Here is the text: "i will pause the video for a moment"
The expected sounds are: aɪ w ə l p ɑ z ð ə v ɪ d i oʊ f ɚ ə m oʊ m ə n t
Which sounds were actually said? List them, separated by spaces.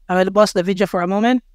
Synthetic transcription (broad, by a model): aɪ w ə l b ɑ s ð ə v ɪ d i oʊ f ɚ ə m oʊ m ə n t